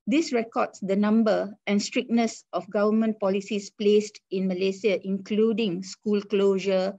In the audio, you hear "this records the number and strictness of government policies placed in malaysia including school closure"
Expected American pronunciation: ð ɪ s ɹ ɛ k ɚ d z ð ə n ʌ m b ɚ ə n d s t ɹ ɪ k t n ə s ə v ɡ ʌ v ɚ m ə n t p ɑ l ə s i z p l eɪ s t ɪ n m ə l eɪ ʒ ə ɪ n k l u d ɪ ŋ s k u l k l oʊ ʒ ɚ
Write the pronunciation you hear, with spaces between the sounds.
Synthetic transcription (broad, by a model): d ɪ s ɹ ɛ k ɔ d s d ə n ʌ m b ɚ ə n s t ɹ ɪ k n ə s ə f ɡ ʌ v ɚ m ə n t p ɑ l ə s i s p l eɪ s t ɪ n m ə l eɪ s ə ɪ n k l u d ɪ ŋ s k u l k l oʊ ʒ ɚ